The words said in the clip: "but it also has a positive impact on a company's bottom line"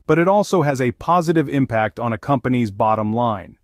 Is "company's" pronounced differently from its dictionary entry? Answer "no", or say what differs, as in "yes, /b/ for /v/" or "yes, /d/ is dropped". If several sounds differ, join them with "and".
no